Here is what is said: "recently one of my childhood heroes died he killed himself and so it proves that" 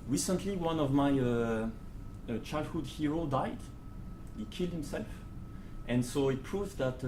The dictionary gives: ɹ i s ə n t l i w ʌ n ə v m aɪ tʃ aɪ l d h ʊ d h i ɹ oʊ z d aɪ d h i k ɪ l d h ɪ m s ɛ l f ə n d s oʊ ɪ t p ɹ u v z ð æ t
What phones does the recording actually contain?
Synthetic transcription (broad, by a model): ɹ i s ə n t l i w ʌ n ə v m aɪ tʃ aɪ l d h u d h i ɹ oʊ d aɪ d h i k ɪ l d h ɪ m s ɛ l f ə n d s oʊ ɪ t p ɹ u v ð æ t